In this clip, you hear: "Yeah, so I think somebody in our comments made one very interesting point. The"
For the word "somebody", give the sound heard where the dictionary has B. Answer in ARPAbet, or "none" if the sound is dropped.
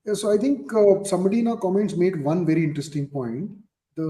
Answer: none